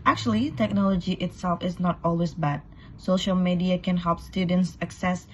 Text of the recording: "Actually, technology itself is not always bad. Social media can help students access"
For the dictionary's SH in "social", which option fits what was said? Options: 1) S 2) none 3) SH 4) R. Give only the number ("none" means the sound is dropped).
3